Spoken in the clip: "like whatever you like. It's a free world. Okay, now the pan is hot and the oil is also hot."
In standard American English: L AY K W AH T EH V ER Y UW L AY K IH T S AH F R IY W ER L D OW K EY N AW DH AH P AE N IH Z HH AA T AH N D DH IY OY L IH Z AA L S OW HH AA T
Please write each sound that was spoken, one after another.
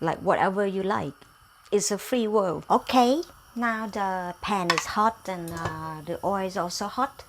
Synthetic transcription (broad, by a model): L AY K W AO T EH V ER Y UW L AY K IH T S AH F R IY W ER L OW K EY N AW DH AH P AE N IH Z HH AA T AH N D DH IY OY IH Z AA L S OW HH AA T